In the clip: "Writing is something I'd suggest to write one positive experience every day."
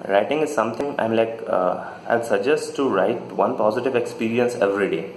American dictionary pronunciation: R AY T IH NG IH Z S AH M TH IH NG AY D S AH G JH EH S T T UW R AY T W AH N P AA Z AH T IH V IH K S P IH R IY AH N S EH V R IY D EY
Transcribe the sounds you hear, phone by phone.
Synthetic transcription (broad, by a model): R AY T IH NG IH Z S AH M T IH NG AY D S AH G JH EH S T T UW R AY T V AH N P AA Z AH T IH V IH K S P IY R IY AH N S EH V R IY D EY